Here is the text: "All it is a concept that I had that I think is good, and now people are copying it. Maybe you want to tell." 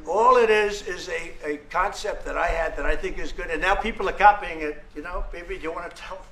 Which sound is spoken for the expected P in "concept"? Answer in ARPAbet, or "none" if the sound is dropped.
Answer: P